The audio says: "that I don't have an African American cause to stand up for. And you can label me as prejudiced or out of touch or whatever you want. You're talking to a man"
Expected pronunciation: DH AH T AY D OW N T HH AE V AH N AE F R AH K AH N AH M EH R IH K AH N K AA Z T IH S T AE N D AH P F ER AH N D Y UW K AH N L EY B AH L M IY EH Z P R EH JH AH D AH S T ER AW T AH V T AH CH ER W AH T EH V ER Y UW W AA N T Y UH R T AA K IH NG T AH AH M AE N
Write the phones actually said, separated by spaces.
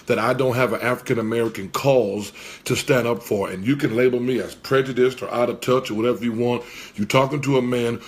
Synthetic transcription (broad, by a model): DH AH T AY D OW N T HH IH V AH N AE F R AH K AH N AH M EH R IH K AH N K AA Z T IH S T AE N D AH P F ER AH N Y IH K AH N L EY B L M IY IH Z P R EH JH AH D AH S T ER AW T AH V T AH CH ER W AH T EH V ER Y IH W AA N T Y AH R T AA K IH NG T AH AH M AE N